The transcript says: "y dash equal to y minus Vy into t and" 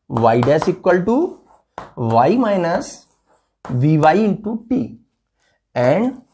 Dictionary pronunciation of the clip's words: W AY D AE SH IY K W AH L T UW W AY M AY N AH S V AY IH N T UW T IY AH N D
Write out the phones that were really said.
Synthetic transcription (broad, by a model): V AY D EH S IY K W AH L T UW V AY M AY N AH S V AY IH N T UW T IY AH N D